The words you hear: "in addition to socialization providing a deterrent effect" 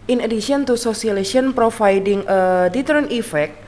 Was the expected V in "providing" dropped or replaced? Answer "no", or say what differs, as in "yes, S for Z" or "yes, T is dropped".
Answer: yes, F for V